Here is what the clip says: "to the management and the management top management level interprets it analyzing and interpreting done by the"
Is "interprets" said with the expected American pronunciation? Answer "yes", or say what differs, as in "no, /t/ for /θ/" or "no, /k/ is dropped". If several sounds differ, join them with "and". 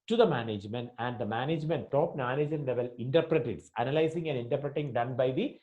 no, /s/ is dropped